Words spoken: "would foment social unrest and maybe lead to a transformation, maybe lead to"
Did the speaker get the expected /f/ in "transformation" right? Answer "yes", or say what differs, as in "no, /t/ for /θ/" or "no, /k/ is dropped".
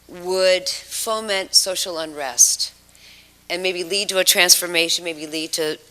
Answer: yes